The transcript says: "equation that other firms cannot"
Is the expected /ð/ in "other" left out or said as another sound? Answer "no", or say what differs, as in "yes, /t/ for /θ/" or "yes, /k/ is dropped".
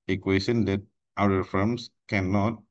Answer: yes, /ð/ is dropped